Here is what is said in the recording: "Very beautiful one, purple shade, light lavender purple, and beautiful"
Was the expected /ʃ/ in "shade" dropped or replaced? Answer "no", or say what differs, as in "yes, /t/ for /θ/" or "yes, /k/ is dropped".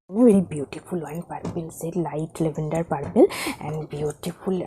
yes, /s/ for /ʃ/